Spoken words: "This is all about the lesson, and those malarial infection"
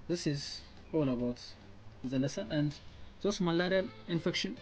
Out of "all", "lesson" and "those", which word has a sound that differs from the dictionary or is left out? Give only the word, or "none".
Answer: those